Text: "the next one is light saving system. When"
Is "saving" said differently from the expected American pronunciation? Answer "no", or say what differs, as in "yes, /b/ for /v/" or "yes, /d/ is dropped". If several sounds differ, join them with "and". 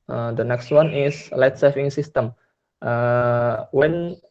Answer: yes, /f/ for /v/